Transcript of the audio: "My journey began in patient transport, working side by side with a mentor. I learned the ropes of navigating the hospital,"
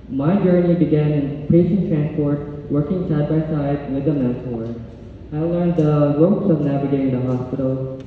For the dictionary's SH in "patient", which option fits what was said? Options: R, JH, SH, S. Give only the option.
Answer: S